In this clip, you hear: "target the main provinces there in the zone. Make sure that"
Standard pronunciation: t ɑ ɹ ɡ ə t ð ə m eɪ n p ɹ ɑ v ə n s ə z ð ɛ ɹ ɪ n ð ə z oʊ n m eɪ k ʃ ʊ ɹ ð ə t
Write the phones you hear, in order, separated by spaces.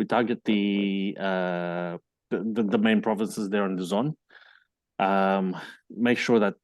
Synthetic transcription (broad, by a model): t ɑ ɹ ɡ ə t ð ə m eɪ n p ɹ ɑ v ə n s ə z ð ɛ ɹ ɪ n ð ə z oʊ n m eɪ k ʃ ʊ ɹ ð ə t